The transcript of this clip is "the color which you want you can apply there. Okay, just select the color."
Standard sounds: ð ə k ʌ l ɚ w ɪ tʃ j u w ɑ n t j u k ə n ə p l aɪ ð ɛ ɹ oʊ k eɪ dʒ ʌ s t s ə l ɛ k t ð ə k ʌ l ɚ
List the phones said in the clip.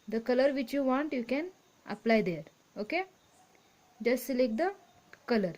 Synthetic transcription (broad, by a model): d ə k ʌ l ɚ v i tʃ j u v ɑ n t j u k ə n ə p l aɪ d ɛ ɹ oʊ k eɪ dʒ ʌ s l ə ɪ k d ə k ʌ l ɚ